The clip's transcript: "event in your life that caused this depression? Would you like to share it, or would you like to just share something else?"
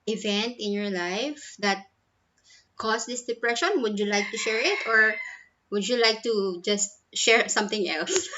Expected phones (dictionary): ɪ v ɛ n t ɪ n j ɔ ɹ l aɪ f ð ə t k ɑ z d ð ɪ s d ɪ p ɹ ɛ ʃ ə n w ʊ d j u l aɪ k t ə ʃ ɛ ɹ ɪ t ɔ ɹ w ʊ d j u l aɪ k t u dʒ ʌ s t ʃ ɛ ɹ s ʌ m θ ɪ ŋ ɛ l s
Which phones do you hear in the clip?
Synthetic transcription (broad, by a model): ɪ v ɛ n t ɪ n j ɔ ɹ l aɪ f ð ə t k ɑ s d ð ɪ s d ɪ p ɹ ɛ ʃ ə n w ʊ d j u l aɪ k t ə ʃ ɛ ɹ ɪ t ɔ ɹ w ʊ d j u l aɪ k t u dʒ ʌ s t ʃ ɛ ɹ s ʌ m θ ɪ ŋ ɛ l s